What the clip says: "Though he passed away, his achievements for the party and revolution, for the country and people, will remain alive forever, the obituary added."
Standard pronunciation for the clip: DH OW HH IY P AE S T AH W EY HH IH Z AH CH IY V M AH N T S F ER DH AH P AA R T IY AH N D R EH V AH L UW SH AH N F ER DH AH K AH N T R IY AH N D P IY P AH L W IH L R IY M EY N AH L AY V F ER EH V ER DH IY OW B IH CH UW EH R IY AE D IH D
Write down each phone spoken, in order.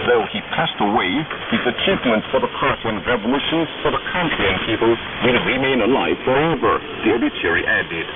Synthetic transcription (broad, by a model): DH OW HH IY P AE S T AH W EY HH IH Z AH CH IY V M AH N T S F ER DH AH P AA R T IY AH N R EH V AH L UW SH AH N F ER DH AH K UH N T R IY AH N P IY P AH L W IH N R IY M EY N AH L AY V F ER EH V ER DH IY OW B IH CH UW R IY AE D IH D